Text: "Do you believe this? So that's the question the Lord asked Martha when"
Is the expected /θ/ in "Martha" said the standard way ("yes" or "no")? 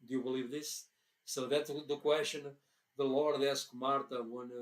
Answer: no